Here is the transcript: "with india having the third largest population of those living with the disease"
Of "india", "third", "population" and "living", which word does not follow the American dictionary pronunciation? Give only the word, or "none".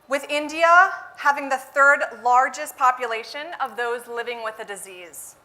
none